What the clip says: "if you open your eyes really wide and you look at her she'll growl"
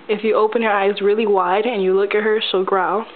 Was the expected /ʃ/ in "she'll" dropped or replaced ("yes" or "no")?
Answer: yes